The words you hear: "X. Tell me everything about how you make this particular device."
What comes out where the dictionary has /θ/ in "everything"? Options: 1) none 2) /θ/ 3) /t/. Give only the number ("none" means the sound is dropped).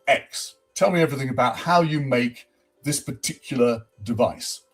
2